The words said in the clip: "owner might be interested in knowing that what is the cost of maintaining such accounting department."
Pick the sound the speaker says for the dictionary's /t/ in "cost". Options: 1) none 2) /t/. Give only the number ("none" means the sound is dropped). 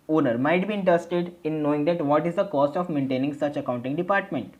2